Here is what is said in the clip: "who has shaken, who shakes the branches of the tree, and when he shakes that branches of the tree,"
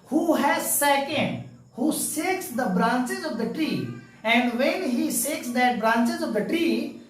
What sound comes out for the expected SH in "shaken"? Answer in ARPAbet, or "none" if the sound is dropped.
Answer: S